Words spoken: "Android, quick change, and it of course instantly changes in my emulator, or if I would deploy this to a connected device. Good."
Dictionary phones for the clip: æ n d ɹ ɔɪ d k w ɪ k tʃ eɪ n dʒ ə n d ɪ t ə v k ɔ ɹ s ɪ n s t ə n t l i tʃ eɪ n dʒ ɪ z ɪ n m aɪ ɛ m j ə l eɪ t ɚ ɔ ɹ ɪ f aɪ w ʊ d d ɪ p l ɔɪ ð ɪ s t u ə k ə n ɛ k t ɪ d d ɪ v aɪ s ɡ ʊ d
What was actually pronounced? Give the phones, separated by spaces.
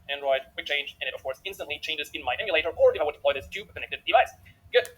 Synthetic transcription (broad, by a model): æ n ɹ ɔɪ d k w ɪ tʃ eɪ n dʒ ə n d ɪ t ə v k ɔ ɹ s ɪ n s t ə n t l i tʃ eɪ n dʒ ɪ z ɪ n m aɪ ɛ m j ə l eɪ t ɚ ɔ ɹ ɪ f aɪ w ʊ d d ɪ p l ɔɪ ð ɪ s t u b k ə n ɛ k t ɪ d d ɪ v aɪ s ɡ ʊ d